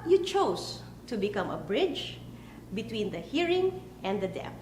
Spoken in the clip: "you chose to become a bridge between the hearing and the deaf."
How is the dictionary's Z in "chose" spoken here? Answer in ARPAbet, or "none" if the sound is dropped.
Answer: S